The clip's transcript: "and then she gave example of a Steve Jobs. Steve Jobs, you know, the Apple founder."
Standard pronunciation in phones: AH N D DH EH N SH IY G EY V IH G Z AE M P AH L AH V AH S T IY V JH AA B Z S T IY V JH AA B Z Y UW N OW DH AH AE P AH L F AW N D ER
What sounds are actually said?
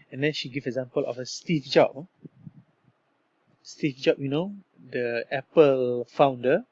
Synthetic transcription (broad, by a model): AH N D EH N SH IY G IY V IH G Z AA M P AH L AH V AH S T IY F JH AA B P S T IY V JH AA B Y UW N OW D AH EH P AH L F AW N D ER